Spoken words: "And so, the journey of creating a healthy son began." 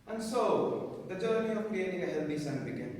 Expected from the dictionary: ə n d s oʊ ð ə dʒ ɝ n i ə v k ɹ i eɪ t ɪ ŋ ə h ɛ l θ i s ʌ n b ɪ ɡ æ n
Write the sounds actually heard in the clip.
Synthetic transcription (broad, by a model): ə n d s oʊ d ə dʒ ɝ n i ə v k ɹ i eɪ t ɪ ŋ ə h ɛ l t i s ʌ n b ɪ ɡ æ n